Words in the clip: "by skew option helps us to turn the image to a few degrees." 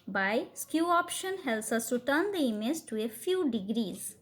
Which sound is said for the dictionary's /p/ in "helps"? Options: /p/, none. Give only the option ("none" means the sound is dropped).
none